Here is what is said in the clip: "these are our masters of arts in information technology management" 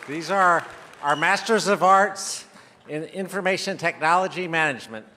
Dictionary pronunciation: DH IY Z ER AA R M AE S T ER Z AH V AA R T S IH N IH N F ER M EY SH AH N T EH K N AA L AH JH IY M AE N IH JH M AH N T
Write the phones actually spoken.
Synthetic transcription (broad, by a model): DH IY Z ER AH R M AE S T ER Z AH V AA R T S IH N IH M F ER M EY SH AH N T EH K N AA L AH JH IY M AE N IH JH M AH N T